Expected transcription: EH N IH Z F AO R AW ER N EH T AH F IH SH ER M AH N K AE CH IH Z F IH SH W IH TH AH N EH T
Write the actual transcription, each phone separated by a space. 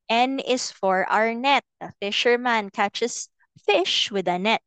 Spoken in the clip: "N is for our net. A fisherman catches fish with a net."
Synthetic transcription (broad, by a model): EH N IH S F AO R AW ER N EH T AH F IH SH ER M AH N K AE CH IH S F IH SH W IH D AH N EH T